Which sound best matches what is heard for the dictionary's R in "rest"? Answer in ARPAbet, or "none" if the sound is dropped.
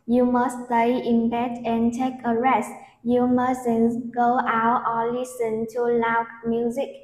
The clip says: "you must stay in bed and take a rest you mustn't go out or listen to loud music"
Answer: R